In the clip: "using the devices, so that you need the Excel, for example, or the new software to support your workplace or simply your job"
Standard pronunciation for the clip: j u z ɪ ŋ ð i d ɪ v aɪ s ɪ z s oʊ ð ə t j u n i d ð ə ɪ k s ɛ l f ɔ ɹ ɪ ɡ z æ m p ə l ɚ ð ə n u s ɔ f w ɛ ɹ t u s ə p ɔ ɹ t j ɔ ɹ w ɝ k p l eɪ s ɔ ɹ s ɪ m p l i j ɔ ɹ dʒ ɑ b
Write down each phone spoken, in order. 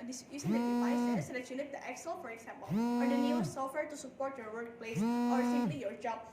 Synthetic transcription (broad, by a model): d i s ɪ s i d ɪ aɪ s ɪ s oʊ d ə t j u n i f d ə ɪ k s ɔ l f ɔ ɹ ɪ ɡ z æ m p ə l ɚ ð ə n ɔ s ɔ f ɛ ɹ t u s ə p ɔ ɹ t j ɔ ɹ w ɝ k p l eɪ s ɔ ɹ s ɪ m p l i j ɔ ɹ dʒ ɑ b